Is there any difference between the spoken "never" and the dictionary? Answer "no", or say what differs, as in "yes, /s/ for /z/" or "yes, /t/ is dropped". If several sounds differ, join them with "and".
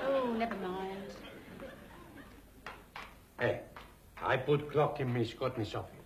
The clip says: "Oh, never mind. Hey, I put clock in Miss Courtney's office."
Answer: yes, /v/ is dropped